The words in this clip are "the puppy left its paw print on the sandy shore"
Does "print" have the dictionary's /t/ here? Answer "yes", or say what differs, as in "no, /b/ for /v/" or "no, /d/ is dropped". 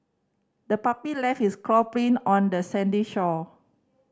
no, /t/ is dropped